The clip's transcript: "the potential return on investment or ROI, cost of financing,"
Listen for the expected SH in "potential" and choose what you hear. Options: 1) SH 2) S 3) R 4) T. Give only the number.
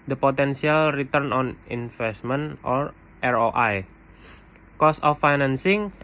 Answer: 2